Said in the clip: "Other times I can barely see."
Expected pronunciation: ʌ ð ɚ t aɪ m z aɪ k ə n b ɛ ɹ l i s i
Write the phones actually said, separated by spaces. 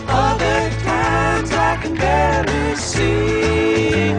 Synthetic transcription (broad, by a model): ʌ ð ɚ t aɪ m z aɪ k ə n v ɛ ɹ i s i